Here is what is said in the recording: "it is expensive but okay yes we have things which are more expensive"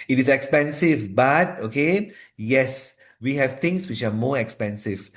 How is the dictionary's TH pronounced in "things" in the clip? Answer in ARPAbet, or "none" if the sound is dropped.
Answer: T